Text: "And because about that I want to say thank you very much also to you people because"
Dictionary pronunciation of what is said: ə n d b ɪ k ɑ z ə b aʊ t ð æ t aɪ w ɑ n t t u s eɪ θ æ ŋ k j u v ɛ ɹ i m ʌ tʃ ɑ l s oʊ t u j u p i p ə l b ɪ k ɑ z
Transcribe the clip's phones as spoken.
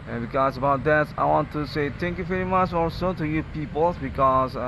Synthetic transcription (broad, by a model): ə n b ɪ k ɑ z ə b aʊ t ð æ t aɪ w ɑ n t t u s eɪ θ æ ŋ k j u v ɛ ɹ i m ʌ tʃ ɑ l s oʊ t u j u p i p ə l b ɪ k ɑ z